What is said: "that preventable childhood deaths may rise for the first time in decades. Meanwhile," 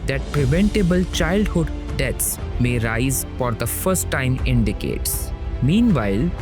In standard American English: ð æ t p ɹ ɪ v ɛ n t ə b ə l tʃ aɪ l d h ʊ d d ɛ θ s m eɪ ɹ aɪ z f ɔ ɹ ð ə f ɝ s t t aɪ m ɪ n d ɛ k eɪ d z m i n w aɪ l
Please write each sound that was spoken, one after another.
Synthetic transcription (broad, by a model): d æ t p ɹ ɪ v ɛ n t ə b ə l tʃ aɪ l d h ʊ d d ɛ t s m eɪ ɹ aɪ z f ɔ ɹ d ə f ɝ s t t aɪ m ɪ n d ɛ k eɪ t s m i n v aɪ l